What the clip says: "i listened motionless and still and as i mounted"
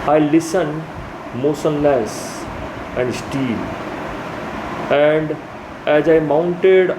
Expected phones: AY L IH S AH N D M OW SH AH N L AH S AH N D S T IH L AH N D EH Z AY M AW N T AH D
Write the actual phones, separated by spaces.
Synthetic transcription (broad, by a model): AY L IH S AH N D M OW S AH N L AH S AH N D S T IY L AH N D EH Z AY M AW N T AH D